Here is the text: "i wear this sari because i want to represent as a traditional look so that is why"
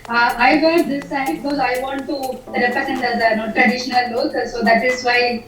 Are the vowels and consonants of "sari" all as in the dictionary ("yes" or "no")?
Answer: no